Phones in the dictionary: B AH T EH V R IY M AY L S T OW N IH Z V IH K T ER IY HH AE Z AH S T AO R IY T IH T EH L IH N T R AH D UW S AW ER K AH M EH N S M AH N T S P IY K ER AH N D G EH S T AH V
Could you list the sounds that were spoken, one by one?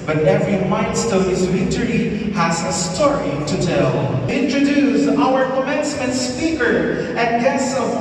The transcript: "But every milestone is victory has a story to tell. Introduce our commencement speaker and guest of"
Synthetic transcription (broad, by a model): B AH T EH V R IY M AY N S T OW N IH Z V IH T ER IY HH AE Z AH S T AO R IY T IH T EH L IH N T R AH D UW S AW ER K AH M EH N S M AH N T S P IY K ER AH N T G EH S AH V